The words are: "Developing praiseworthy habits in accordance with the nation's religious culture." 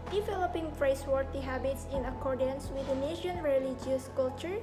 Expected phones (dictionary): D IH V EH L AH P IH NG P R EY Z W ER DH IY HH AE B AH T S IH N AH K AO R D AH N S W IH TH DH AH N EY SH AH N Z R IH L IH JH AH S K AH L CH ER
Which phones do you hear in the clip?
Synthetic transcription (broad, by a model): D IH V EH L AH P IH NG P R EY S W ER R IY HH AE B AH T S IH N AH K AO R D AH N S W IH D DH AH N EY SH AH N R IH L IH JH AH S K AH L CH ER